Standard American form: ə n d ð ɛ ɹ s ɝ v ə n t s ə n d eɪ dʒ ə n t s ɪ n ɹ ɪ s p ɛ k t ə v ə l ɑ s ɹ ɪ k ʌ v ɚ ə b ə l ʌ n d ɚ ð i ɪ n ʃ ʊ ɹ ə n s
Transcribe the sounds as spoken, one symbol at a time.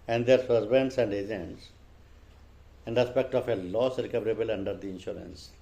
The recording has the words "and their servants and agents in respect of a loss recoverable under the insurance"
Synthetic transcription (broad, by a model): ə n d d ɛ ɹ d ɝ b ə n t s ə n d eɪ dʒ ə n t s ɪ n ɹ ɪ s p ɛ k t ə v ə l ɑ s ɹ ɪ k ʌ v ɚ ə b ə l ʌ n d ɚ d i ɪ n ʃ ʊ ɹ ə n s